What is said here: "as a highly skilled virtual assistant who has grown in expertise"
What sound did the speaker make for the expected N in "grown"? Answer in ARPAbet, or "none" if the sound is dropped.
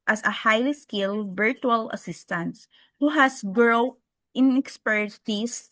none